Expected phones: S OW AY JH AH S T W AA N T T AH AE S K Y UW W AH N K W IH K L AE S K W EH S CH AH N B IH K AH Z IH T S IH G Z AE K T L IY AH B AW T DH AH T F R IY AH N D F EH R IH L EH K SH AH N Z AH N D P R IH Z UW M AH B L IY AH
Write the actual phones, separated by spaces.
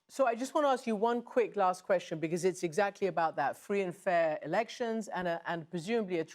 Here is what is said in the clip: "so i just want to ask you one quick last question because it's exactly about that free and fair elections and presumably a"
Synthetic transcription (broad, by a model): S OW AY JH AH S T W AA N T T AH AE S K Y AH W AH N K W IH K L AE S K W EH S CH AH N B IH K AH Z IH T S IH G Z AE K T L IY AH B AW T DH AH T F R IY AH N F EH R IH L EH K SH AH N Z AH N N P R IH Z UW M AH B L IY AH